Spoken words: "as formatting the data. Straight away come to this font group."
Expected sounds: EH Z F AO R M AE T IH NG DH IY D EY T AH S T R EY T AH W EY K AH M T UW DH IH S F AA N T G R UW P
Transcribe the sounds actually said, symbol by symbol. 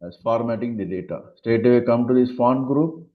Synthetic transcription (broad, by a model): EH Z F AO R M AE T IH NG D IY D EY T AH S T EY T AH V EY K AH M T UW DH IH S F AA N G R UW P